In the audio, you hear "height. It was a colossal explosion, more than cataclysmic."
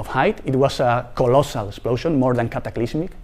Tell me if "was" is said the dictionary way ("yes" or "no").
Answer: no